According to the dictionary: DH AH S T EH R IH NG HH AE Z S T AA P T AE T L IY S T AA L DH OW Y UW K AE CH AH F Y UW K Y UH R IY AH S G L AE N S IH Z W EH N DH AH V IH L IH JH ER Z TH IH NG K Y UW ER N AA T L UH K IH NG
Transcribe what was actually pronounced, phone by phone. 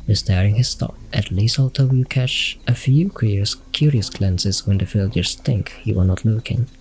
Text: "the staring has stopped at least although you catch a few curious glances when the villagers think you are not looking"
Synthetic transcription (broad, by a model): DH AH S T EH R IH NG HH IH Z S T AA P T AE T L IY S AA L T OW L K AE CH AH F Y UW K Y UH R IY AH S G L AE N S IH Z W EH N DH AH F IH L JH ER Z TH IH NG K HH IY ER N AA T L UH K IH NG